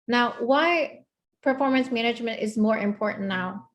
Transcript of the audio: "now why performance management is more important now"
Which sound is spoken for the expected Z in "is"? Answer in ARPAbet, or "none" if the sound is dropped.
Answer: Z